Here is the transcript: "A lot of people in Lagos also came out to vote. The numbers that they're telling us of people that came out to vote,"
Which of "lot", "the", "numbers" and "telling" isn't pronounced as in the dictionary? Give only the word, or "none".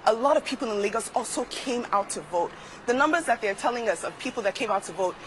none